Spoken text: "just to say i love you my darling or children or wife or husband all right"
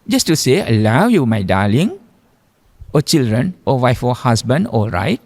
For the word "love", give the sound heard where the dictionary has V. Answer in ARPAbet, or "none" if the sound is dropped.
W